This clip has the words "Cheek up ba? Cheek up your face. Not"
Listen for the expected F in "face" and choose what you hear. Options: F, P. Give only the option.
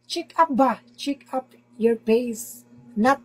P